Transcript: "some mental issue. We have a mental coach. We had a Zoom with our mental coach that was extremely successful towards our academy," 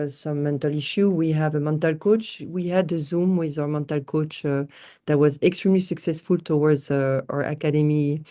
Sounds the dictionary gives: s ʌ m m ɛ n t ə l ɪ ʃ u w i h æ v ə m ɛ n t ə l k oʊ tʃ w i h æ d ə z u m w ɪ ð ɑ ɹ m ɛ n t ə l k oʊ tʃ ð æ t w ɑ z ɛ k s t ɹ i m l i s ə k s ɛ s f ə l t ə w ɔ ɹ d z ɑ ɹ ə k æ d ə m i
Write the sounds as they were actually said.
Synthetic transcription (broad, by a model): s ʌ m m ɛ n t ə l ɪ ʃ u w i h æ v ə m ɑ n t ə l k oʊ tʃ w i h æ d ə z u m w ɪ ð ɑ ɹ m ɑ n t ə l k oʊ tʃ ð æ t w ɑ z ɛ k s t ɹ i m l i s ə k s ɛ s f ə l t ə w ɔ ɹ d z ɑ ɹ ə k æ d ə m i